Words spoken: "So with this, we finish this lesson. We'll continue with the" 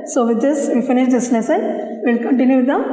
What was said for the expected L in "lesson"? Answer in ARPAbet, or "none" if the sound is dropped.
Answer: N